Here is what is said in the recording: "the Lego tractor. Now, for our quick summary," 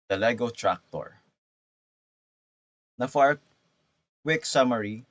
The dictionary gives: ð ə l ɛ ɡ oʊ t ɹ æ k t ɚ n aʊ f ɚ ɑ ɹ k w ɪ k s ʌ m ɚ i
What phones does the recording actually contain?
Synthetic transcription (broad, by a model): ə l ɛ ɡ oʊ t ɹ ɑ k t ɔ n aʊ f ɑ ɹ k w ɪ k s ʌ m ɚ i